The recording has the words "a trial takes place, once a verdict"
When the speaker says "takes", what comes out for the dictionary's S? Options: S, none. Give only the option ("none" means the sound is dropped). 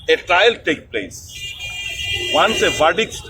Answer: none